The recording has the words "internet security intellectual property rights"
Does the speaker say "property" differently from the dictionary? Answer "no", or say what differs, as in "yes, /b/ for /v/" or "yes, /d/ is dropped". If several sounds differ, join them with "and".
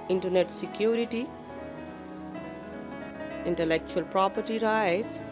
no